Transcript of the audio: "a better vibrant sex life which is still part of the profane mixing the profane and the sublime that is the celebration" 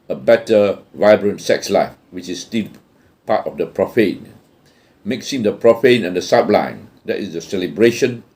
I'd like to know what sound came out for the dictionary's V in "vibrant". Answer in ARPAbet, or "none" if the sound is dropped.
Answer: V